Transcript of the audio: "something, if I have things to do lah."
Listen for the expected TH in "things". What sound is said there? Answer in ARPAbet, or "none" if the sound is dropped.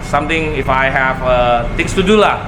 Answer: T